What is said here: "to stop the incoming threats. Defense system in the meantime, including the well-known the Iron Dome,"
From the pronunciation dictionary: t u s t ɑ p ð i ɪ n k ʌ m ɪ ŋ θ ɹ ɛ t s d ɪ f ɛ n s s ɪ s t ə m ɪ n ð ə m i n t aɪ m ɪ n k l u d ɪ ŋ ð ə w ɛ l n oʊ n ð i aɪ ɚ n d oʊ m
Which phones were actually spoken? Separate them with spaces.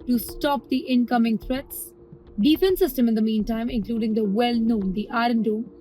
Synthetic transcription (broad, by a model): t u s t ɑ p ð i ɪ n k ʌ m ɪ ŋ t ɹ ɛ t s d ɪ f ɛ n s s ɪ s t ə m ɪ n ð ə m i n t aɪ m ɪ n k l u d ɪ ŋ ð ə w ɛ l n oʊ n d i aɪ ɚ n d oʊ